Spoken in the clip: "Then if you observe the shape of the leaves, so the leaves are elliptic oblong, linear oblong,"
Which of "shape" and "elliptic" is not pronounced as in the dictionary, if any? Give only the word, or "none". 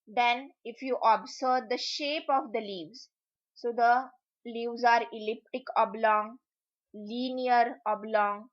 none